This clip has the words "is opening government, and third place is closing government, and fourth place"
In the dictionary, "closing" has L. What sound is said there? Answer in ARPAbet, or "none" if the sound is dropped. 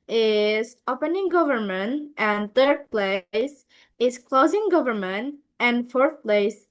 L